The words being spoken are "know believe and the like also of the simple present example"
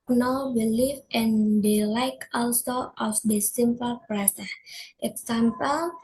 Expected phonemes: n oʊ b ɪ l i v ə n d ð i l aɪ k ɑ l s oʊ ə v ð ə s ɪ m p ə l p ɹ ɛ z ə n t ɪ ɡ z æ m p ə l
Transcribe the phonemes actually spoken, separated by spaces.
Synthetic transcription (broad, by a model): n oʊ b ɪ l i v ə n d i l aɪ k ɑ l s oʊ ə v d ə s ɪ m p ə l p ɹ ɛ s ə t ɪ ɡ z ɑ m p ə l